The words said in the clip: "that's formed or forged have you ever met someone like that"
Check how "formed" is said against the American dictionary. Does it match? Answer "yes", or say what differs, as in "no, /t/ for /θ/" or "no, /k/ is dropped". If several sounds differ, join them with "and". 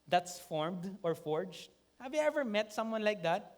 yes